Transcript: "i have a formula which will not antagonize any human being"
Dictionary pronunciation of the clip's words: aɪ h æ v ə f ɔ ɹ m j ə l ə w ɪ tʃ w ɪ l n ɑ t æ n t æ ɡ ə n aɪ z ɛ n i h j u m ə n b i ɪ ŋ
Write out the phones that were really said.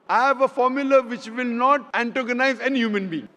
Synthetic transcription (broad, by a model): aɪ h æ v ə f ɔ ɹ m j ə l ə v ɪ tʃ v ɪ l n ɑ t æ n t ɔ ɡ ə n aɪ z ɛ n i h j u m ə n b i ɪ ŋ